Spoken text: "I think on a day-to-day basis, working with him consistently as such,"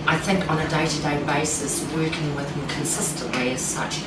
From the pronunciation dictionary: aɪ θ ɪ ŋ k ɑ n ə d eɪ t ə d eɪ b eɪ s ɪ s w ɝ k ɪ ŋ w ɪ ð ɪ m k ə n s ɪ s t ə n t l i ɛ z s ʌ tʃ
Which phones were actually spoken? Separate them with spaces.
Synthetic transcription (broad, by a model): aɪ θ ɪ ŋ k n ə d eɪ t ə d eɪ b eɪ s ɪ s w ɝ k ɪ ŋ w ɪ ð ɪ m k ə n s ɪ s t ə n t l i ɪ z s ʌ tʃ